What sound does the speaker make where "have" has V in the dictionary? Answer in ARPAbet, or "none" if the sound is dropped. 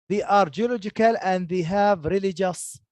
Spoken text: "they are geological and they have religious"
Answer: V